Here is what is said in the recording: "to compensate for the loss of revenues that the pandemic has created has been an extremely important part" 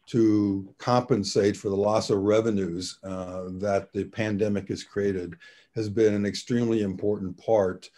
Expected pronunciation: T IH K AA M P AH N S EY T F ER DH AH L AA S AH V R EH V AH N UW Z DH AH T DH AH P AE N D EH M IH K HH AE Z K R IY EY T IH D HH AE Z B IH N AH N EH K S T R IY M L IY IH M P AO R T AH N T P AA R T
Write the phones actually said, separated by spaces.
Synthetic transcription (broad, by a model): T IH K AA M P AH N S EY T F ER DH AH L AA S AH V R EH V AH N UW Z DH AH T DH AH P AE N D EH M IH K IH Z K R IY EY T IH D HH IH Z B IH N AH N EH K S T R IY M L IY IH M P AO R T N P AA R T